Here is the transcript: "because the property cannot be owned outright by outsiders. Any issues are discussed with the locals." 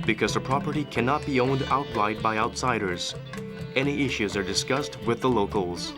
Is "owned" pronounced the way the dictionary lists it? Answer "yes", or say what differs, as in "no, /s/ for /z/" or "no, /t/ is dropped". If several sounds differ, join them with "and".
yes